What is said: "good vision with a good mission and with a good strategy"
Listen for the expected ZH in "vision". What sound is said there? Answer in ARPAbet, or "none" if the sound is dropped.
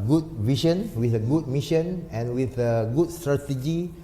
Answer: SH